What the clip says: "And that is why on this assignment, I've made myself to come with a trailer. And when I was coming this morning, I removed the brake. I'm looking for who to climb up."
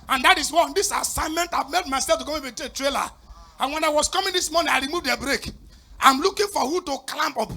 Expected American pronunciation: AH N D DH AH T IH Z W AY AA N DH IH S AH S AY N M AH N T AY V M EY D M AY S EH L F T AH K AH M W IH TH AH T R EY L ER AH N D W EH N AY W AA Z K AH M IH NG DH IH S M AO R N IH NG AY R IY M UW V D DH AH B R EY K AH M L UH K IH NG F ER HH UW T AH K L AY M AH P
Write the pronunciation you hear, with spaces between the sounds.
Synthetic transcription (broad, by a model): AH N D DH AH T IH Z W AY AA N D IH S AH S AY N M AH N T AY V M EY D M AY S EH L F T AH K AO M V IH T AH T R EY L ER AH N W EH N AY W AA S K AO M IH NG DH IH S M AO N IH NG AY R IY M UW V D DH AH B R EY K AH M L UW K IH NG F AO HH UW T AH K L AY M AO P